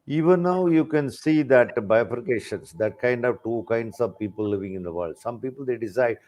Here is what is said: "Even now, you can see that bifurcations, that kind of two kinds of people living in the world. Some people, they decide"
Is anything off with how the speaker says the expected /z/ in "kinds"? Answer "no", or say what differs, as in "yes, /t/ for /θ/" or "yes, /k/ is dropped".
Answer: yes, /s/ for /z/